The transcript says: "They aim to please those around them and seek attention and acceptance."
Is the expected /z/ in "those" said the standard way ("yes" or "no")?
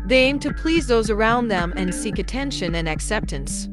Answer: yes